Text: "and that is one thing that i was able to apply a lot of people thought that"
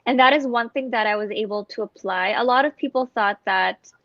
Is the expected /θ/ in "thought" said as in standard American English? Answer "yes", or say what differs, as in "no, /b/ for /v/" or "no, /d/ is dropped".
yes